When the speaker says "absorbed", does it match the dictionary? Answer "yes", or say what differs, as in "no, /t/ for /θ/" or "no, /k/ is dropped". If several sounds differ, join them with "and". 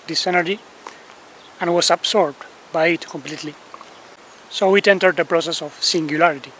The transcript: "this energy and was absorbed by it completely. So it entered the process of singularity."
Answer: no, /s/ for /z/